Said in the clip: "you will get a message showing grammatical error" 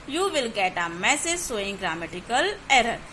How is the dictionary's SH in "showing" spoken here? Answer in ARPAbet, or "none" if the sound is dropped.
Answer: S